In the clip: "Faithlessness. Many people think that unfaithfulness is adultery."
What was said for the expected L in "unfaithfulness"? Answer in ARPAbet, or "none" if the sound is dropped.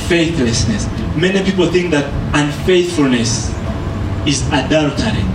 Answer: L